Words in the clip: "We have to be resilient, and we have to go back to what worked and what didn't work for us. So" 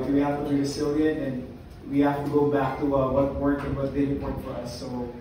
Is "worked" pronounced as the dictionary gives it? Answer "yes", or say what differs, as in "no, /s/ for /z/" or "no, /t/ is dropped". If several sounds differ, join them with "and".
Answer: no, /t/ is dropped